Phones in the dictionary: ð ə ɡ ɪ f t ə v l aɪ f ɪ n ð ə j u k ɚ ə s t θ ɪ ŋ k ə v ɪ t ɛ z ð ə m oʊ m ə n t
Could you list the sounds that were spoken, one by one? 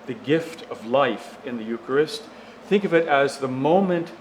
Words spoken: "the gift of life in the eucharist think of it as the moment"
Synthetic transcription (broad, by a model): ð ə ɡ ɪ f t ə v l aɪ f ɪ n ð ə j u k ɚ ə s t θ ɪ ŋ k ə v ɪ t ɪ z ð ə m oʊ m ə n t